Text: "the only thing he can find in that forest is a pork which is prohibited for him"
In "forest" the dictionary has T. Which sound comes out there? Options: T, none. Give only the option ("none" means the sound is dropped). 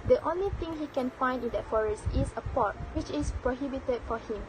T